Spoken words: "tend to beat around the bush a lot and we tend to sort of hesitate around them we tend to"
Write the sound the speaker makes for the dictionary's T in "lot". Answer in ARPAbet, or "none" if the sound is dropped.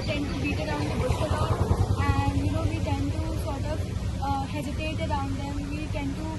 none